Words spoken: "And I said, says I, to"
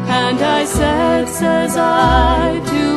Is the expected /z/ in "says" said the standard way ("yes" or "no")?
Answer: yes